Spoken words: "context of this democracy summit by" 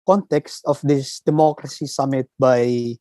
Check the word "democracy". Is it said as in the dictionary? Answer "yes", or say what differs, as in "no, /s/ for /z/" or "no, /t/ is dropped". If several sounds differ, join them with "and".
yes